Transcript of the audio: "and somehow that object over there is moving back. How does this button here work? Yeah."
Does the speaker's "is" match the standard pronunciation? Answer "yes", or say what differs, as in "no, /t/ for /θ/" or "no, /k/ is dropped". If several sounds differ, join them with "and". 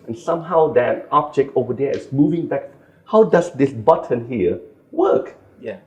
no, /s/ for /z/